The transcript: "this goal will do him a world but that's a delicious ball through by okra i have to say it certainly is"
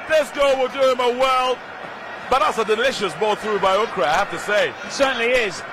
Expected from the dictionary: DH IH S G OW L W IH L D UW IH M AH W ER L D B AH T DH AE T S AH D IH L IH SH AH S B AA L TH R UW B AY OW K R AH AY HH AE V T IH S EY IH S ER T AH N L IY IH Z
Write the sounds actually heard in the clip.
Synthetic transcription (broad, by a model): DH IH S G OW L W IH L D UW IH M AH W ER L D B AH T DH AE T S AH D IH L IH SH AH S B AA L TH R UW B AY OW K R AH AY HH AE F T IH S EY IH S ER T N L IY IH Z